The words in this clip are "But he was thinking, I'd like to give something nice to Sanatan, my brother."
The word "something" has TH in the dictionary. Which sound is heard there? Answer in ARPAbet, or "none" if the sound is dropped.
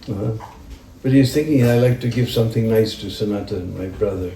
TH